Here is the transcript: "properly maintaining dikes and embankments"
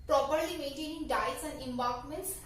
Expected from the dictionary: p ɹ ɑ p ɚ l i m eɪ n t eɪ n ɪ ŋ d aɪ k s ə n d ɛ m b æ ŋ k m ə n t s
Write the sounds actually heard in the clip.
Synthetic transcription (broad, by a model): p ɹ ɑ p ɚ l i m eɪ n t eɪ n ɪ ŋ d aɪ s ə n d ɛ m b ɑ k m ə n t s